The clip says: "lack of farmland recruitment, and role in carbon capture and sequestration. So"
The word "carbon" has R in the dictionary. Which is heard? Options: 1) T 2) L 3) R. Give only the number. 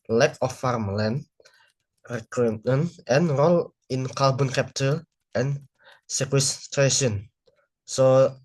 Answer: 2